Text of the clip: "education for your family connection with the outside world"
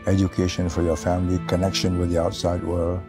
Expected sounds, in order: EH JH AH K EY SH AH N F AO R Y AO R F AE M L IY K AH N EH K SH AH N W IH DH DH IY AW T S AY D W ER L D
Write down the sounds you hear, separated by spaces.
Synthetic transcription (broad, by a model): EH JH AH K EY SH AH N F AO R Y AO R F AE M L IY K AH N EH K SH AH N W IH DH DH IY AW T S AY D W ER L